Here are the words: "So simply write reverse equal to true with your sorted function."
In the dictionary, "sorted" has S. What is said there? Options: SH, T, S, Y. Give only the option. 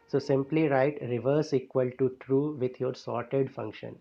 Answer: S